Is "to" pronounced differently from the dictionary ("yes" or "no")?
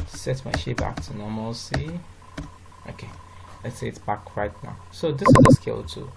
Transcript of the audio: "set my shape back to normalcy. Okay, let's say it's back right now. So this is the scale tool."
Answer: no